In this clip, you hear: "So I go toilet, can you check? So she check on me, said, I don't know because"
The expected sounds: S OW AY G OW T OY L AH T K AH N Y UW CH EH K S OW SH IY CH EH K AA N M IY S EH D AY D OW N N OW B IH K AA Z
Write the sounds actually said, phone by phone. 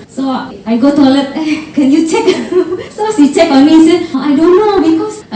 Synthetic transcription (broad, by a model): S OW AY G OW T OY L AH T K AH N Y UW CH EH K S OW S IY CH EH K AA N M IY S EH AY D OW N N OW B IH K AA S